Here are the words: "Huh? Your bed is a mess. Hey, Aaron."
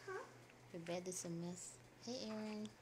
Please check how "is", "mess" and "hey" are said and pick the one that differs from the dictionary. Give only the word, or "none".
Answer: is